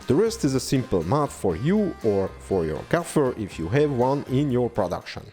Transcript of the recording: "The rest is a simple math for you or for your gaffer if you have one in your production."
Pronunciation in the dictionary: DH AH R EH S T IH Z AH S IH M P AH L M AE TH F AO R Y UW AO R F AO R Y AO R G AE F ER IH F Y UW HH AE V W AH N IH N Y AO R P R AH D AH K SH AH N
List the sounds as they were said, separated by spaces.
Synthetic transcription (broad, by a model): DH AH R EH S T IH Z AH S IH M P AH L M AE T F AO R Y UW AO R F AO R Y AO R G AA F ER IH F Y UW HH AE V W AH N IH N Y AO R P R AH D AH K SH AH N